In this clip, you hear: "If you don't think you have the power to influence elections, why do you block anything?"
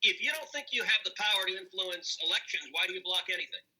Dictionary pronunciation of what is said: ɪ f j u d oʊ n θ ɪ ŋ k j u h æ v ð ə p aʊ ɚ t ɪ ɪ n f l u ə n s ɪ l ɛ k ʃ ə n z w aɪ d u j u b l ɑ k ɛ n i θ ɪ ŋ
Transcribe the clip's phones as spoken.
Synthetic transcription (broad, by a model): ɪ f j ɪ d oʊ n θ ɪ ŋ k j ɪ v ð ə p aʊ ɚ t ɪ ɪ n f l u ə n s ɪ l ɛ k ʃ ə n z w aɪ d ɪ j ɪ b l ɑ k ɛ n i θ ɪ ŋ